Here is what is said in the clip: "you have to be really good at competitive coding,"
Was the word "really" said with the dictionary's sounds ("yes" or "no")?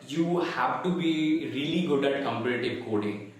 yes